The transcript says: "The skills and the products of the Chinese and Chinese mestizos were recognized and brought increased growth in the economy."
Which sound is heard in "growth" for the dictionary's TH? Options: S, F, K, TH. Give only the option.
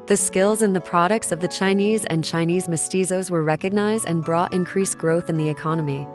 TH